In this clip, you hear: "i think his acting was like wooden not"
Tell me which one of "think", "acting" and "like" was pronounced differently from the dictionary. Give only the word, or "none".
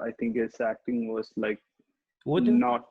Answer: think